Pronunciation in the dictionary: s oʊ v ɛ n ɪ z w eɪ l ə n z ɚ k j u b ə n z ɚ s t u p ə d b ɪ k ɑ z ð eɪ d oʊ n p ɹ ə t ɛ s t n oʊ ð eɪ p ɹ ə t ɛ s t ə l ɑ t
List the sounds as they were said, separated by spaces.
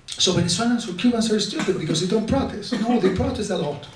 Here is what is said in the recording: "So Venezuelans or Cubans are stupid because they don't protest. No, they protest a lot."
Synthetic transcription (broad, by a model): s oʊ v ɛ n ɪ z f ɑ n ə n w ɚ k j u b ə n s ɚ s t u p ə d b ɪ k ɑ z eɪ d oʊ n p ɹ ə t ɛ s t n oʊ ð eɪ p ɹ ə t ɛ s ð ə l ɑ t